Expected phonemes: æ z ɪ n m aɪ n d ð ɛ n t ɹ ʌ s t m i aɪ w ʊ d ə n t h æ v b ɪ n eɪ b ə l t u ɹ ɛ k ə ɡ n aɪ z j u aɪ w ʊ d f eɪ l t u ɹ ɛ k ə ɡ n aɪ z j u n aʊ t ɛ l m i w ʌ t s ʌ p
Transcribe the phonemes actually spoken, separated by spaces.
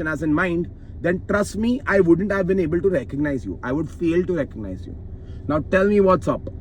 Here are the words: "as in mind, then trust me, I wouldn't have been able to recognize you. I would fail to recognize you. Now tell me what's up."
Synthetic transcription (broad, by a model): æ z ɪ n m aɪ n d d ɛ n t ɹ ʌ s t m i aɪ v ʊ d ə n t h æ v b ɪ n eɪ b ə l t u ɹ ɛ k ə ɡ n aɪ z j u aɪ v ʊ d f eɪ l t u ɹ ɛ k ə ɡ n aɪ z j u n aʊ t ɛ l m i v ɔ t s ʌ p